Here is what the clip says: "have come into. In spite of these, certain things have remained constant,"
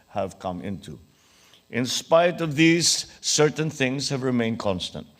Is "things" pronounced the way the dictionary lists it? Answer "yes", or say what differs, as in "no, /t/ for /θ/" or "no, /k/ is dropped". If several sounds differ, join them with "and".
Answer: yes